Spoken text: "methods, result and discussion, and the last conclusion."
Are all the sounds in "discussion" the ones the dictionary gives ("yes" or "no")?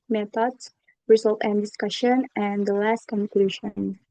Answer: yes